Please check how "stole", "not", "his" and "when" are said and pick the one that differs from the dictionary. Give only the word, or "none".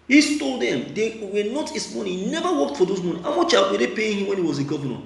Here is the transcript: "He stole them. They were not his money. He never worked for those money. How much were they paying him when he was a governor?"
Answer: his